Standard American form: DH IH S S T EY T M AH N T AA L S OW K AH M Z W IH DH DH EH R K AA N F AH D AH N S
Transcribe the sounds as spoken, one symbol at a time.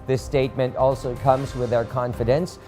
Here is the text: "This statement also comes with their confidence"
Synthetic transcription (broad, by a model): DH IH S S T EY T M AH N T AA L S OW K AH M Z W IH DH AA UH R K AA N F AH D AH N S